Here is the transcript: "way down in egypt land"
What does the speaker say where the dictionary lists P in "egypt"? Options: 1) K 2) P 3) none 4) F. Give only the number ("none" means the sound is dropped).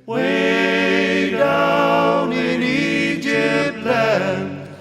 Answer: 3